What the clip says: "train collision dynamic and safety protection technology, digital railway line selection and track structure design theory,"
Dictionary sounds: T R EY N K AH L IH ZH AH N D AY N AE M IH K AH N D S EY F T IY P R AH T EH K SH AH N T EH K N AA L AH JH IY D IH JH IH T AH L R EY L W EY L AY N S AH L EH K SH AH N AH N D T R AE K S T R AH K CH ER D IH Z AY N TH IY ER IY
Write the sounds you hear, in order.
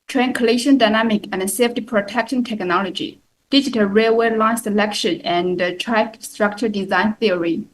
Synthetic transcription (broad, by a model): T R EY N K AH L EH SH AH N D AY N AE M IH K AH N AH S EY F T IY P R AH T EH K SH AH N T EH K N AA L AH JH IY D IH JH IH T AH L R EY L W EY L AY N S AH L EH K SH AH N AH N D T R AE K S T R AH K CH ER D IH Z AY N TH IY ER IY